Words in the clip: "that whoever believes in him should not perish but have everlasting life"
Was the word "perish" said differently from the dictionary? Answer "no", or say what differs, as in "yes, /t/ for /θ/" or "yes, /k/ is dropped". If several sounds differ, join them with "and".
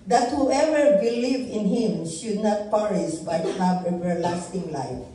yes, /s/ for /ʃ/